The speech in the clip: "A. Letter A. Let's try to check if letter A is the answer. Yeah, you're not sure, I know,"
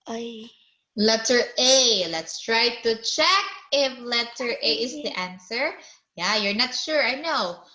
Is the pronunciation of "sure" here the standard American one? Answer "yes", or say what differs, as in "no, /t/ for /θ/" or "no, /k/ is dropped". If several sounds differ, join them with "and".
yes